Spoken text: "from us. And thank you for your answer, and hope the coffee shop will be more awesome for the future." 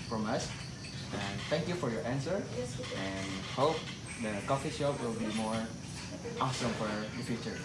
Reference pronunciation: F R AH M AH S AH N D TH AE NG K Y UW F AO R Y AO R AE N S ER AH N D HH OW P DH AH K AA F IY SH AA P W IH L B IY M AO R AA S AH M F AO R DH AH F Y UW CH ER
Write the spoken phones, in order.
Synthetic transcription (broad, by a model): F R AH M AH S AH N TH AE NG K Y UW F AO R Y AO R AE N S ER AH N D HH OW P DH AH K AA F IY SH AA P W IH L B IY M AO R AA S AH M F AO R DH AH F Y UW CH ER